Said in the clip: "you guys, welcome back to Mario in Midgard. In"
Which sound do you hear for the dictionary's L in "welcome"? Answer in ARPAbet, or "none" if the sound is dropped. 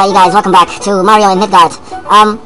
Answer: none